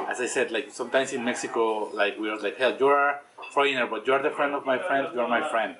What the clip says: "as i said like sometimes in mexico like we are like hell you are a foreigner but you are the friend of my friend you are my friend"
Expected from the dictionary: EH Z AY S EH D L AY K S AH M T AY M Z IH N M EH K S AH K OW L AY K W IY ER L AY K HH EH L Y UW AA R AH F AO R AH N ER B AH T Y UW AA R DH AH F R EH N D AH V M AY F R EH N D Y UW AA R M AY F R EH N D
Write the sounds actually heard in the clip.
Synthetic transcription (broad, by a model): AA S AY S EH D L AY K S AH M T AY M S IH N M EH K S AH K OW L AY K W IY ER L AY K HH EH L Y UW AA R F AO AH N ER B AH T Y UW AA R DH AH F R EH N D AH V M AY F R EH N D Y UW AA R M AY F R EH N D